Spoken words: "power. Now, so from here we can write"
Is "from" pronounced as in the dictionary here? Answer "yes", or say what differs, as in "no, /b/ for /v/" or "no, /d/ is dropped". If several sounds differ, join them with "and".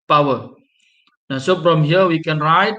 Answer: no, /p/ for /f/